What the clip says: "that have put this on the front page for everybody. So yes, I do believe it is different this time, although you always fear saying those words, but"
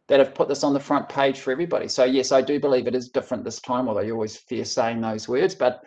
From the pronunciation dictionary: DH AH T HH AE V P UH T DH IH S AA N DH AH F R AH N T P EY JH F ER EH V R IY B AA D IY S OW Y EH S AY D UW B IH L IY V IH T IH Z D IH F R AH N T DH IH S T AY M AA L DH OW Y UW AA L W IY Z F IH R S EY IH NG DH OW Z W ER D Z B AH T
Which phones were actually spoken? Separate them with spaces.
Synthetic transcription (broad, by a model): DH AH T HH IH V P UH T DH IH S N DH AH F R AH N P EY JH F ER EH V R IY B AA D IY S OW Y EH S AY D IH B IH L IY V IH T IH Z D IH F R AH N DH IH S T AY M AA L DH OW Y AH AA L W IY Z F IH R S EY IH NG DH OW Z W ER D Z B AH T